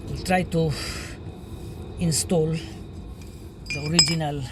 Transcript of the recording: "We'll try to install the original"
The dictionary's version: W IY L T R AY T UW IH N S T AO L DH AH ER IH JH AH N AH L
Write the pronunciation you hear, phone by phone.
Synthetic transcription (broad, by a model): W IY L T R AY T UW IH N S T AO L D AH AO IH JH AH N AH L